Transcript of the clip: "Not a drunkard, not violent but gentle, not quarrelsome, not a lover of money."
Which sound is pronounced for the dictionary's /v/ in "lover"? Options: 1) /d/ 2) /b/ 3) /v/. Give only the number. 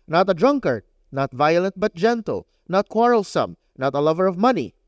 3